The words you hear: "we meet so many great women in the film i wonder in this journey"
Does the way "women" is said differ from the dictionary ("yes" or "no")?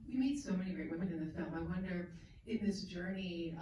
yes